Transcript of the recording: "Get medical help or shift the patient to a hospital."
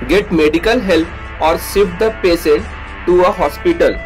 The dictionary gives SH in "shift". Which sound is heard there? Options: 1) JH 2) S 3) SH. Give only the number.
2